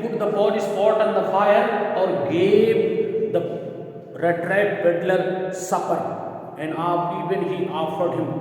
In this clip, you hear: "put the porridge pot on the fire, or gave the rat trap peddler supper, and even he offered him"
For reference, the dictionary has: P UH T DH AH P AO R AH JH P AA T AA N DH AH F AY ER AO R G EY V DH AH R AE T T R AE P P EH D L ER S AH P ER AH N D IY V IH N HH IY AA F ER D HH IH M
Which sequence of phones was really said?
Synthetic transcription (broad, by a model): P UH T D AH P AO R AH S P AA T AA N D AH F AY ER AO R G EY V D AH R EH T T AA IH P B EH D L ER S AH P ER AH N D IY V IH N HH IY AA F ER D HH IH M